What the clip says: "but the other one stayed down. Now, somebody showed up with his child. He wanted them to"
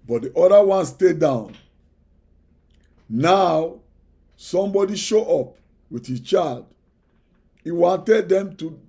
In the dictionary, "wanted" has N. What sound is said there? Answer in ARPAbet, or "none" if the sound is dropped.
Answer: N